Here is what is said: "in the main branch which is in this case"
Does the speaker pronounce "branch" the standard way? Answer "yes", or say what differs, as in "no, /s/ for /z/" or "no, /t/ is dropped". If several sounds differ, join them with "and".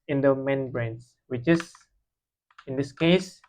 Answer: no, /s/ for /tʃ/